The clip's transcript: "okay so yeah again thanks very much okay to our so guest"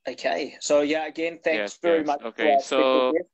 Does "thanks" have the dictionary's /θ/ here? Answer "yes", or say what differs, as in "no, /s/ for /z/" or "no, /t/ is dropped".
yes